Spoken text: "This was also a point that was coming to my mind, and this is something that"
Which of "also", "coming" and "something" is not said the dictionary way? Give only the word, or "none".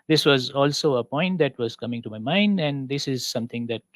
something